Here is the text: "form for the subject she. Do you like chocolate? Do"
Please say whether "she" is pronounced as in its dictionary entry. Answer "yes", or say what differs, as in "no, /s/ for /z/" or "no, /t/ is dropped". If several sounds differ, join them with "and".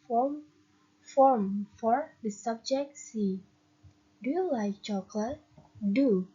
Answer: no, /s/ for /ʃ/